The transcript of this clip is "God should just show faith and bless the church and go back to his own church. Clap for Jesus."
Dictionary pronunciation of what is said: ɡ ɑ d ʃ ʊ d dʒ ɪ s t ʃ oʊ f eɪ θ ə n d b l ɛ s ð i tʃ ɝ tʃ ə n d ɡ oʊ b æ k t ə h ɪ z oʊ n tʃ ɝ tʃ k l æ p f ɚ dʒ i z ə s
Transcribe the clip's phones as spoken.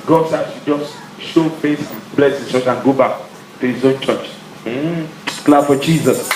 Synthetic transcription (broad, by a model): ɡ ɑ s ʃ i dʒ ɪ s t ʃ oʊ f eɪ s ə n b l ɛ s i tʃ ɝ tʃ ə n ɡ oʊ b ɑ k t ə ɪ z oʊ n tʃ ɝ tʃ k l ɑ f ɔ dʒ i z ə s